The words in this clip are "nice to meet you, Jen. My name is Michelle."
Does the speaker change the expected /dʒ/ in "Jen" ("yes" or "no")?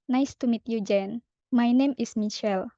no